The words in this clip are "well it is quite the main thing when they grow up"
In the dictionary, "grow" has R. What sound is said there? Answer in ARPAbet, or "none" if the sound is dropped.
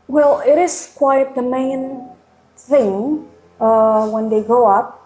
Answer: none